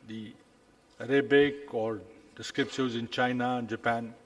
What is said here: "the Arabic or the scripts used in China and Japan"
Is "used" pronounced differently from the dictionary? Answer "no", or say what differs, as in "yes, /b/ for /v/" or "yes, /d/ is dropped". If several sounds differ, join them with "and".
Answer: yes, /d/ is dropped